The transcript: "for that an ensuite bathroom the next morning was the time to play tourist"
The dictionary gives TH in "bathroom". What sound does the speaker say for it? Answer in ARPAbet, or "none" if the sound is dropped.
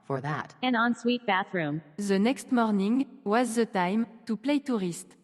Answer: TH